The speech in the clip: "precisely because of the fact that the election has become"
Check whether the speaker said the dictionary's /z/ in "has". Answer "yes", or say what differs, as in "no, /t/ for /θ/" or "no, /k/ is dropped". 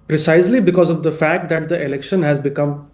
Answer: yes